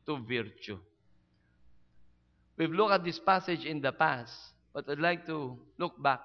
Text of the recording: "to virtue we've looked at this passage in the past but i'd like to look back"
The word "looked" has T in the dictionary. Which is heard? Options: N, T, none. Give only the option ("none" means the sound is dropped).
none